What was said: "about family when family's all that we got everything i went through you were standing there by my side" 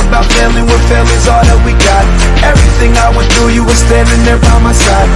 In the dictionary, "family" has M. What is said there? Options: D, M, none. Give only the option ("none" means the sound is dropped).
none